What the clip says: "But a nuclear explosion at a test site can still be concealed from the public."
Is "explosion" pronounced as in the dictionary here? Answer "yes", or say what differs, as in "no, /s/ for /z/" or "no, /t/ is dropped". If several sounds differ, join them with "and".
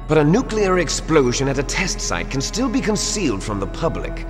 yes